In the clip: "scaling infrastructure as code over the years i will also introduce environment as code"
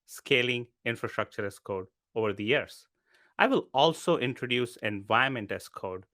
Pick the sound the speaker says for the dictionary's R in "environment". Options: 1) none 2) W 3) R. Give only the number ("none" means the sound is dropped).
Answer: 1